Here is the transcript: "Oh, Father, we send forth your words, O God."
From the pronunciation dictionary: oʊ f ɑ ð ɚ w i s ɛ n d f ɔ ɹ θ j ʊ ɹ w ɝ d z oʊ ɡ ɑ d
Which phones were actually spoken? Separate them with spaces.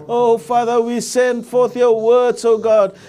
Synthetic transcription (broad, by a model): oʊ f ɑ ð ɚ w i s ɛ n d f ɔ ɹ θ j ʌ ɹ w ɝ d z oʊ ɡ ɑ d